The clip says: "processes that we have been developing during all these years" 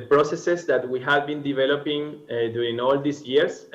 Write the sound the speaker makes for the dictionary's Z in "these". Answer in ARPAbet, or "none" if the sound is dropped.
S